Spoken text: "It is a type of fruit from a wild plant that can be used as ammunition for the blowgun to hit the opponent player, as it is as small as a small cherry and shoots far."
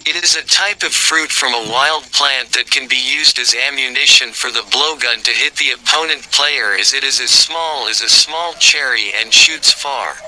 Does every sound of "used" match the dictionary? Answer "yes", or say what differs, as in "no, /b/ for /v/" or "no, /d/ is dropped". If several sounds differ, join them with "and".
yes